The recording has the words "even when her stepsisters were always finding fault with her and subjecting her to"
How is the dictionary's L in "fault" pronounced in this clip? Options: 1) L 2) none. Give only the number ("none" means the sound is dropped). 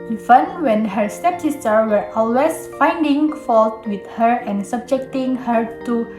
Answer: 1